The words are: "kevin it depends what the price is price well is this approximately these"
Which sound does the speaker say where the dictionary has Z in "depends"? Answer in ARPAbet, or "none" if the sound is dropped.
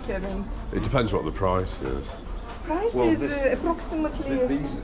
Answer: Z